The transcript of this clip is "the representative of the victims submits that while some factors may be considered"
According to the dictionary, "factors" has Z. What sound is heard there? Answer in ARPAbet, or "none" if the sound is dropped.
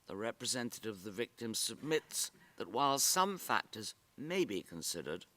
Z